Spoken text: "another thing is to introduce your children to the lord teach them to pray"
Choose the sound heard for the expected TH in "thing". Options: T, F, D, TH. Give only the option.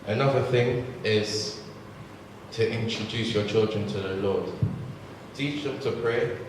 TH